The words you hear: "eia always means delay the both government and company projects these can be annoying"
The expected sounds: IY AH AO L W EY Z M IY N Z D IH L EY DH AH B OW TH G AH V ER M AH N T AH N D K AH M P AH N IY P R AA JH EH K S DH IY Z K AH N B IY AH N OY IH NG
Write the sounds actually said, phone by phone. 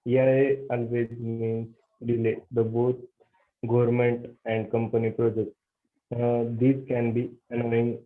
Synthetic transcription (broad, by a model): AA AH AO L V EY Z M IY N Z D IH L EY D AH B OW T G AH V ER M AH N T AH N D K AH M P AH N IY P R AA JH EH K S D IY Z K AH N B IY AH N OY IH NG